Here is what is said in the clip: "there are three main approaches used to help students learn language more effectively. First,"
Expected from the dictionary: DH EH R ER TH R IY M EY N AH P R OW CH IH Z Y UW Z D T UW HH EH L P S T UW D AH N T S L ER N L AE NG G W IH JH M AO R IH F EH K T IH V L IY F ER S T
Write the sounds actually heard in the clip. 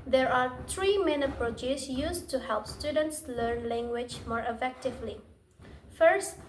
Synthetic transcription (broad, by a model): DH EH R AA T R IY M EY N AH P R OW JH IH S Y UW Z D T UW HH EH L P S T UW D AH N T S L ER N L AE NG G W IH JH M AO R IH F EH K T IH V L IY F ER S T